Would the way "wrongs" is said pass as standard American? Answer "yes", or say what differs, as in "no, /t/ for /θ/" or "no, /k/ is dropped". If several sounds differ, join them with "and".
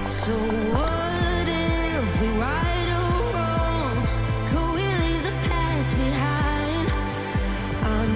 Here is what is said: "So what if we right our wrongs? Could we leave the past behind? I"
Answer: no, /ŋ/ is dropped